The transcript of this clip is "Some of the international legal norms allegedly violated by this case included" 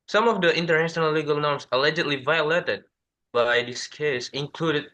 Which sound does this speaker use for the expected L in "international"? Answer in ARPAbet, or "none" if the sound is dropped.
L